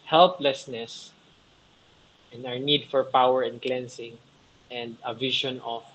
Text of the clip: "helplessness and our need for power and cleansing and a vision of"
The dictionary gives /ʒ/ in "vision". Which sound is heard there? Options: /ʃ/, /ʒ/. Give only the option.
/ʃ/